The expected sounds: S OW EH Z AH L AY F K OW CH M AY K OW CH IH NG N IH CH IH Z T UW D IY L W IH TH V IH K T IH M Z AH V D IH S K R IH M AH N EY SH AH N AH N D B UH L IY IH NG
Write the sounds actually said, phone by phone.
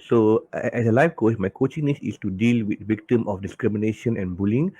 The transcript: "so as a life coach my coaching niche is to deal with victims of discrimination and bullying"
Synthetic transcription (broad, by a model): S OW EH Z AH L AY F K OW S M AY K OW CH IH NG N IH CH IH S T UW D IY L W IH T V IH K T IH M AH F D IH S K R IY M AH N EY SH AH N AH N B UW L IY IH NG